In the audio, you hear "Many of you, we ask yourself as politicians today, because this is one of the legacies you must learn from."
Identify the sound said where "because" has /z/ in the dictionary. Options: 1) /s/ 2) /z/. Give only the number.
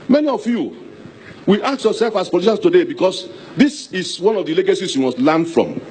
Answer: 1